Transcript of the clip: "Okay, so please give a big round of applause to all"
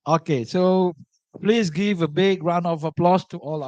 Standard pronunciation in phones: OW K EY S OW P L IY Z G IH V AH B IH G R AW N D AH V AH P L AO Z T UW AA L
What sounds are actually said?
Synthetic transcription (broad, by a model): OW K EY S OW P L IY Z G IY V AH B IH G R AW N AH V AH P L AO S T UW AA L